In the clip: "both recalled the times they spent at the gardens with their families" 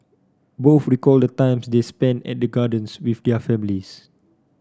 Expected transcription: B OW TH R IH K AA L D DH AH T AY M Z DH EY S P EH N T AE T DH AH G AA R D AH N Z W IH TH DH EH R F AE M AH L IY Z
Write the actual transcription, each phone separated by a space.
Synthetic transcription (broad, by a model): B OW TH R IH K AA L D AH T AY M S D EY S P EH N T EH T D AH G AA D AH N S W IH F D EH F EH M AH L IY S